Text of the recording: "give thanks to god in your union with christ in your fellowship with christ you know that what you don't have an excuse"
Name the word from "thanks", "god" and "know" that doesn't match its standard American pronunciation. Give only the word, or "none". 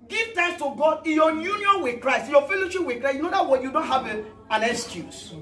thanks